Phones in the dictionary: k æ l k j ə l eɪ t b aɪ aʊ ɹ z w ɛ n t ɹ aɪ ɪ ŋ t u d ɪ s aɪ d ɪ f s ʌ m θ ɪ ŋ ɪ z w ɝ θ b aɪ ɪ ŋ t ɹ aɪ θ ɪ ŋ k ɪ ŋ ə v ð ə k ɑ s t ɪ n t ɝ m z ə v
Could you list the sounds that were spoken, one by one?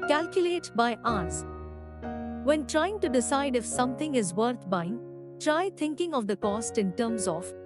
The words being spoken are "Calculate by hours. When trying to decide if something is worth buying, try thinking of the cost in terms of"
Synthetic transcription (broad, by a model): k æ l k j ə l eɪ t b aɪ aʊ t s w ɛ n t ɹ aɪ ɪ ŋ t u d ɪ s aɪ d ɪ f s ʌ m t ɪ ŋ ɪ z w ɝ t b aɪ ɪ ŋ t ɹ aɪ t ɪ ŋ k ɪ ŋ ə v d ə k ɑ s t ɪ n t ɝ m z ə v